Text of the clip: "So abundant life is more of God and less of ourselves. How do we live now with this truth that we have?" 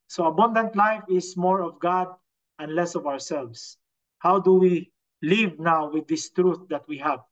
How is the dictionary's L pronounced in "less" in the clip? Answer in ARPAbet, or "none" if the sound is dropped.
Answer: L